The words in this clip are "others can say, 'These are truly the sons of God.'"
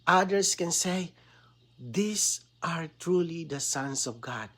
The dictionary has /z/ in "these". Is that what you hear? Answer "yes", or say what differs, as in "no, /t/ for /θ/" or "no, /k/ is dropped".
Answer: no, /s/ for /z/